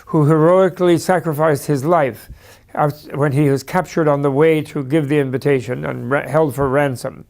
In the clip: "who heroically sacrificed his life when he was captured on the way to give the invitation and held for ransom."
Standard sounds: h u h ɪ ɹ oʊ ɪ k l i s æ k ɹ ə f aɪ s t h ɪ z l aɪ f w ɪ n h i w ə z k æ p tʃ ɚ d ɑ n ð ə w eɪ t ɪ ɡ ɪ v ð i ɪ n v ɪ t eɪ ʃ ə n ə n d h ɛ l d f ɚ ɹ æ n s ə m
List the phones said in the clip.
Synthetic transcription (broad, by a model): h u h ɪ ɹ oʊ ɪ k l i s æ k ɹ ə f aɪ s t h ɪ z l aɪ f w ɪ n i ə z k æ p tʃ ɚ d n ð ə w eɪ t ɪ ɡ ɪ v ð i ɪ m v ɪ t eɪ ʃ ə n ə n h ɛ l d f ɚ ɹ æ n s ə m